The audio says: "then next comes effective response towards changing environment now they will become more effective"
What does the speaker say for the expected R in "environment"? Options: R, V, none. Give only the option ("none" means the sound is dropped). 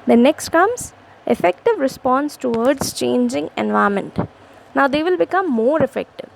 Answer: none